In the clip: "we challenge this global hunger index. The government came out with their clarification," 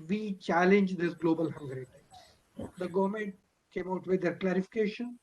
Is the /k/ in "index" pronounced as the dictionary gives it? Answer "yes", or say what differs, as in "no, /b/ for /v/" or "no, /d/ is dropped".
no, /k/ is dropped